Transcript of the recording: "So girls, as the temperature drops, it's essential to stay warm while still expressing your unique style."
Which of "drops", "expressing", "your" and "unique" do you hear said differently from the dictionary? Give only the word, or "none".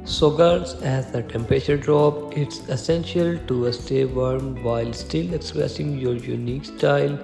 drops